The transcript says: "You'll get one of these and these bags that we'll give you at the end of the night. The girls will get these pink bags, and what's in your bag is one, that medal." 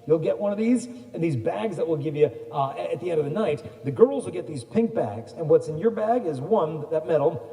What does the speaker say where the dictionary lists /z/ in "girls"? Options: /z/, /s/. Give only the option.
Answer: /z/